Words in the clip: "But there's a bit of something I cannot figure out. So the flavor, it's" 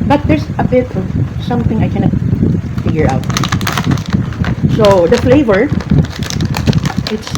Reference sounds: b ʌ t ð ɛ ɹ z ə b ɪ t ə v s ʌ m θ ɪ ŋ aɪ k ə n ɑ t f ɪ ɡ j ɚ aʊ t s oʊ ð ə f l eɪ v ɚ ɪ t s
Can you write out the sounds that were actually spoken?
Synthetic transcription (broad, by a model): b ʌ t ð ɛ ɹ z ə b ɪ t ə v s ʌ m θ ɪ ŋ aɪ k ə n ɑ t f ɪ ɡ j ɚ aʊ t s oʊ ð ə f l eɪ v ɚ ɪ t s